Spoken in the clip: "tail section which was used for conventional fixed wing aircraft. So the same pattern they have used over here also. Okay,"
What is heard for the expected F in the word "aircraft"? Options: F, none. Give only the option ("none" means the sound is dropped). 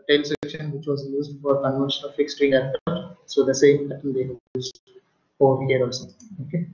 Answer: none